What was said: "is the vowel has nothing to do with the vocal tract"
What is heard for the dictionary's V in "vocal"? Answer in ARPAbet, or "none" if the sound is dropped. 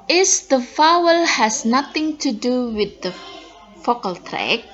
F